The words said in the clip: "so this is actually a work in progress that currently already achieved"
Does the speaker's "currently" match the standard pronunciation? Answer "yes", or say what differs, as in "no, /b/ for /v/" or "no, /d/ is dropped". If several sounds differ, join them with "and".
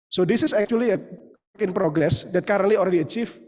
no, /n/ is dropped